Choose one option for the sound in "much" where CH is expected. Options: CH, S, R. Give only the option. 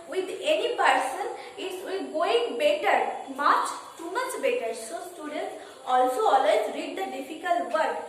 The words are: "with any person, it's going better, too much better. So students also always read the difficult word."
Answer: CH